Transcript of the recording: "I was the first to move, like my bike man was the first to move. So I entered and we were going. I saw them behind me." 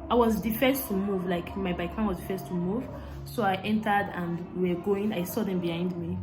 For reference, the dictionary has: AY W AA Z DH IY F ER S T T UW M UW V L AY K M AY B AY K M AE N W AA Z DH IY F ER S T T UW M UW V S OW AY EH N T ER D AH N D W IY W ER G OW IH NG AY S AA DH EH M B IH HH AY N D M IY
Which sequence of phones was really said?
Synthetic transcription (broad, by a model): AY W AA Z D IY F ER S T T UW M UW V L AY K M AY B AY K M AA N W AA Z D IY F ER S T T UW M UW V S OW AY EH N T ER D AH N D W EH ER G OW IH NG AY S AA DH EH M B IH HH AY N D M IY